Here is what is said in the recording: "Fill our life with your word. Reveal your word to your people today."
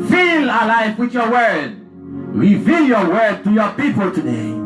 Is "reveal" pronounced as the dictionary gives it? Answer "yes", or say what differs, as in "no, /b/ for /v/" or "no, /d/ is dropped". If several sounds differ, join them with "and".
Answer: yes